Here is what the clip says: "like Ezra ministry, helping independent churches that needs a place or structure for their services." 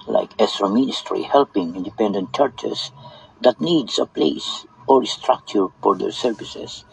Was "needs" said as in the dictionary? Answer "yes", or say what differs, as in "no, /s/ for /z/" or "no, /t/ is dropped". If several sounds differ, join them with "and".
no, /s/ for /z/